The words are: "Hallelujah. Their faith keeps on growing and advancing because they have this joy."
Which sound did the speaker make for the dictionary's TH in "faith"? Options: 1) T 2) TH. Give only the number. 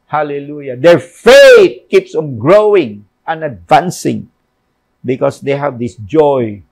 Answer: 1